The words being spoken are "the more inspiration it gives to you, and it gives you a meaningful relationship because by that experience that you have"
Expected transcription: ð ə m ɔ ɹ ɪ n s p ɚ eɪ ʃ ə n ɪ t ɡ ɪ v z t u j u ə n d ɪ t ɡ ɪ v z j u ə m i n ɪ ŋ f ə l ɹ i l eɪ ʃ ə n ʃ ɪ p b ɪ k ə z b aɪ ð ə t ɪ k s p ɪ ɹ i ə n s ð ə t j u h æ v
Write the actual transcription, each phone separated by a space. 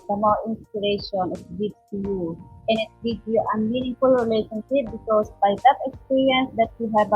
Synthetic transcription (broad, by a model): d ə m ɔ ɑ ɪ n s p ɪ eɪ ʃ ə n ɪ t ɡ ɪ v t u j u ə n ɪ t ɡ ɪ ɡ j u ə m i n ɪ ŋ f ə l ɹ i l eɪ ʃ ə n ʃ ɪ p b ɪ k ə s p aɪ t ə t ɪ k s p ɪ ɹ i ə n s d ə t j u h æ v